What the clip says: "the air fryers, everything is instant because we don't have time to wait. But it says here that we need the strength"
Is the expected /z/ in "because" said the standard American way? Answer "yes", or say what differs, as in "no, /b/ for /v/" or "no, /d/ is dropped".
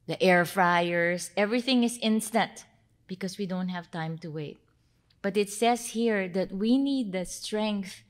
no, /s/ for /z/